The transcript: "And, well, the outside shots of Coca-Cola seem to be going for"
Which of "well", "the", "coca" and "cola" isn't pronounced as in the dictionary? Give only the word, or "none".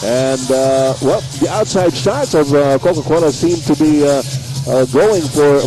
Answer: cola